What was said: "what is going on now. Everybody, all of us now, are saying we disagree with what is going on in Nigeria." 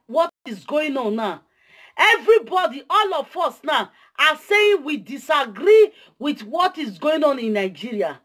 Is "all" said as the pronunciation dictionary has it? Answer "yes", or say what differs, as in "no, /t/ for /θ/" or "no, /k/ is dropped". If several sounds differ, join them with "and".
yes